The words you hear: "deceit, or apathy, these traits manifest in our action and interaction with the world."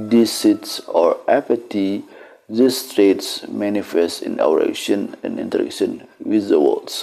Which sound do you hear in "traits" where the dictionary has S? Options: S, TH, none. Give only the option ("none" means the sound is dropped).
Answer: S